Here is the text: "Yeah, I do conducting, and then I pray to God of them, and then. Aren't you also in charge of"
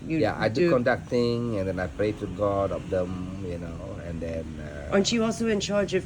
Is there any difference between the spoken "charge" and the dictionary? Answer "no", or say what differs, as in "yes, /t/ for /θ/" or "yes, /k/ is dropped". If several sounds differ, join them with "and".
no